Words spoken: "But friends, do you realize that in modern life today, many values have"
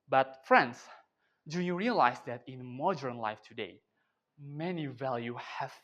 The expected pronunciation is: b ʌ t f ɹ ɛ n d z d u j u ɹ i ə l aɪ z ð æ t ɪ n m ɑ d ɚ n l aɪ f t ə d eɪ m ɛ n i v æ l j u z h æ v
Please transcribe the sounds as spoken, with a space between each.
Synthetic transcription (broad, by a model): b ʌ t f ɹ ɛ n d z d u j u ɹ i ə l aɪ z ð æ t ɪ n m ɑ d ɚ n l aɪ f t ə d eɪ m ɛ n i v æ l j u h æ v